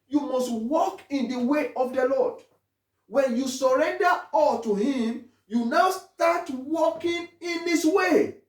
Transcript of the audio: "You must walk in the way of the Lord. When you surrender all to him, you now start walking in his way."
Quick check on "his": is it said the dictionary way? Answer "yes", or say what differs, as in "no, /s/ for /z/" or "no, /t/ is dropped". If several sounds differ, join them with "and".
no, /s/ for /z/